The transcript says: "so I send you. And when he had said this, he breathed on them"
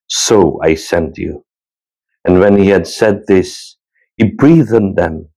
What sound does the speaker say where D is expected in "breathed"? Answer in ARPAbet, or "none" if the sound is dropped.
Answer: none